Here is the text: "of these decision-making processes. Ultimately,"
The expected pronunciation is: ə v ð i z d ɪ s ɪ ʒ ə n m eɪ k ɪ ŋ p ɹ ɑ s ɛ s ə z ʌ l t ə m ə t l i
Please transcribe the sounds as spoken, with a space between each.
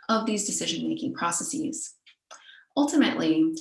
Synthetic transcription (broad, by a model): ə v ð i z d ɪ s ɪ ʒ ə n m eɪ k ɪ ŋ p ɹ ɑ s ɛ s ə z ʌ l t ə m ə t l i